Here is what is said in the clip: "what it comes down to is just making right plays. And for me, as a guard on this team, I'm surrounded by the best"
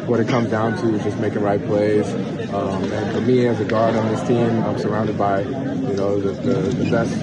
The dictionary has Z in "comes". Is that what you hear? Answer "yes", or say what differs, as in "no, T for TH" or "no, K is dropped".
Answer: yes